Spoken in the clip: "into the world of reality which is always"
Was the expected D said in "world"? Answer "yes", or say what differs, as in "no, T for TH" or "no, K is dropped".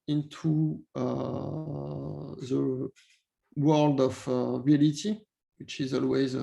yes